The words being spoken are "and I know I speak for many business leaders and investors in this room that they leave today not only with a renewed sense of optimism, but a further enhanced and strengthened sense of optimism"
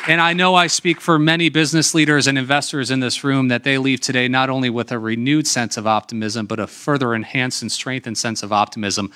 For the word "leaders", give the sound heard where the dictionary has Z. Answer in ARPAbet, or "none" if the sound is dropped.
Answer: Z